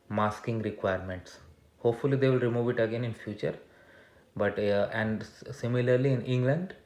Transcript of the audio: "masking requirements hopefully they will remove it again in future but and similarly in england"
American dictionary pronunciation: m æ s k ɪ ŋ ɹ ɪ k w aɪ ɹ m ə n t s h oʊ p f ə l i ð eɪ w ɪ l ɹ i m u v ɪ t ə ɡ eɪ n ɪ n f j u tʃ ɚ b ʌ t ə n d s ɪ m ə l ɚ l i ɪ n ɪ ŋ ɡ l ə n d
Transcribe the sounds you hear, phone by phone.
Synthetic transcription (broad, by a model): m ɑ s k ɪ ŋ ɹ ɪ k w aɪ ɹ m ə n t s h oʊ p f ə l i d eɪ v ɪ l ɹ i m u v ɪ t ə ɡ eɪ n ɪ n f j u tʃ ɚ b ʌ t ə n d s ɪ m ə l ɚ l i ɪ n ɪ ŋ ɡ l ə n d